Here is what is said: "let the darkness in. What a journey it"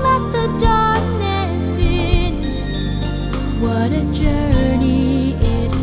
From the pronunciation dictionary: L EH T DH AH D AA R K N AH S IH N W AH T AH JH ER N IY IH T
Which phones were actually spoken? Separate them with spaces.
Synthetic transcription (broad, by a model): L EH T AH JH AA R N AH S IH N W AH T AH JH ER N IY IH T